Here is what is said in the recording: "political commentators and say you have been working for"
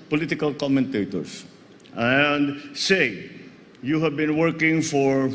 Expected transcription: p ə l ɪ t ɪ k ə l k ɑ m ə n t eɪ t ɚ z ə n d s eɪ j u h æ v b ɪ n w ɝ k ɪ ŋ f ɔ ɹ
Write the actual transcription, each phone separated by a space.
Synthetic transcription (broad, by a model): p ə l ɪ t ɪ k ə l k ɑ m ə n t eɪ t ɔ s ə n d s eɪ j u h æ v b ɪ n w ɝ k ɪ ŋ f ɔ ɹ